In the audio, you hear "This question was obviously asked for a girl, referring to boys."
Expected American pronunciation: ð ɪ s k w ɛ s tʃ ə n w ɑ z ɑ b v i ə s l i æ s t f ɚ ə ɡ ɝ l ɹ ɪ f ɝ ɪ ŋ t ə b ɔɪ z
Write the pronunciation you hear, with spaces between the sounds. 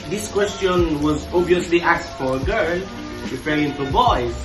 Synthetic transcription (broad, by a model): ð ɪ s k w ɛ s tʃ ə n w ɑ z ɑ b v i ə s l i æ s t f ɚ ə ɡ ɝ l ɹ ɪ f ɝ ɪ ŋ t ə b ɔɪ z